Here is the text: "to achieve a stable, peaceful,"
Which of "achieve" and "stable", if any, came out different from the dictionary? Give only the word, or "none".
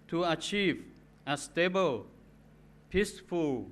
none